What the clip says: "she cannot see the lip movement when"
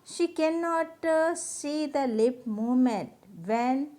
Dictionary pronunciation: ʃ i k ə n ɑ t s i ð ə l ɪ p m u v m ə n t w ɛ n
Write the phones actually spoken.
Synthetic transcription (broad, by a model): ʃ i k ə n ɑ t s i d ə l ɪ p m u m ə n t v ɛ n